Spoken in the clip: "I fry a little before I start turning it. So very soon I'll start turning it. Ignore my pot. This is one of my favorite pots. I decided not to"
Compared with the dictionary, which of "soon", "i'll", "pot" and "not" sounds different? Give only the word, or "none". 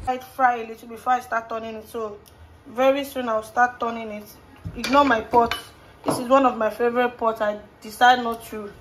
i'll